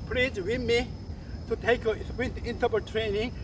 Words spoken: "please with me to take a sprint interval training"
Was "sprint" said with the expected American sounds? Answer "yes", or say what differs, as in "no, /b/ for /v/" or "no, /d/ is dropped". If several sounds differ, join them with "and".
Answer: no, /ɹ/ is dropped